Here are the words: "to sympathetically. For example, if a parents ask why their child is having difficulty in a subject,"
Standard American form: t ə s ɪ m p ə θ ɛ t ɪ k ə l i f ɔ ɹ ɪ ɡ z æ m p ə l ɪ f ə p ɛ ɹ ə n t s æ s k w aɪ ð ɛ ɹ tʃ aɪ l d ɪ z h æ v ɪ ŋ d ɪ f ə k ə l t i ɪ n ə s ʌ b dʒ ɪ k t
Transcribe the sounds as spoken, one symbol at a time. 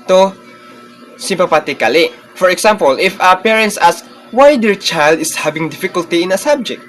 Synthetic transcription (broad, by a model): t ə s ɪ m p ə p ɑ t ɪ k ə l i f ɔ ɹ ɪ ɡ s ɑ m p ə l ɪ f ə p ɛ ɹ ə n t s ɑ s k w aɪ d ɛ ɹ tʃ aɪ l d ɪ s h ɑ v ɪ ŋ d ɪ f ə k ə l t i ɪ n ə s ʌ b dʒ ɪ k t